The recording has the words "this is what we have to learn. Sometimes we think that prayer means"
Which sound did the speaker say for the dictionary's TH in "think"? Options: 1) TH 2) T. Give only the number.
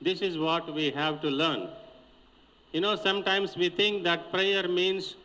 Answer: 2